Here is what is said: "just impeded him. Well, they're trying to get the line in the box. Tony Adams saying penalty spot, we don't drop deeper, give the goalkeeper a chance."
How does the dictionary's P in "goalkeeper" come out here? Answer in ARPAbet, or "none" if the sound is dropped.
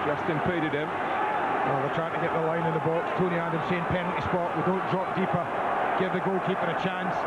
F